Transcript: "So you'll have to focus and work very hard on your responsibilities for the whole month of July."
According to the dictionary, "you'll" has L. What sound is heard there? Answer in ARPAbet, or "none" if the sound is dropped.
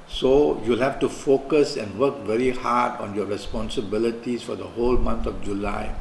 L